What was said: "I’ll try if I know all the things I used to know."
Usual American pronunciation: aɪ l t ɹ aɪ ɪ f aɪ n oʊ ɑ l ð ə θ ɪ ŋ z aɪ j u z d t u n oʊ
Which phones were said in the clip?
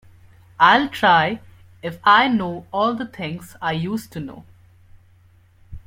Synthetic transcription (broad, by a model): aɪ l t ɹ aɪ ɪ f aɪ n oʊ ɑ l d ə t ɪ ŋ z aɪ j u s t u n oʊ